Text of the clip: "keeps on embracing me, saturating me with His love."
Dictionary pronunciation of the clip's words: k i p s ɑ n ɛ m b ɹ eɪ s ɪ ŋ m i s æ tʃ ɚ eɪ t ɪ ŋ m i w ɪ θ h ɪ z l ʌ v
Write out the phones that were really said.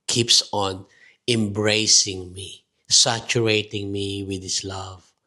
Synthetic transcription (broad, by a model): k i p s ɑ n ɛ m b ɹ eɪ s ɪ ŋ m i s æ tʃ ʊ eɪ t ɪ ŋ m i w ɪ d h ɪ s l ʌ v